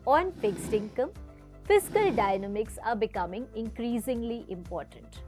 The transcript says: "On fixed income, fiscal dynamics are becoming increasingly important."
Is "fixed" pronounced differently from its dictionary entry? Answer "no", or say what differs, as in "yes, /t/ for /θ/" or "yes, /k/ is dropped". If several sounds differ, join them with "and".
no